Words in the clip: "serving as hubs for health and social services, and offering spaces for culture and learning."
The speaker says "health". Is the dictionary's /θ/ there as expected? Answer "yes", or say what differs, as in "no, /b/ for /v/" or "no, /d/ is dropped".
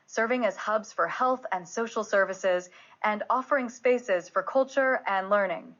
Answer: yes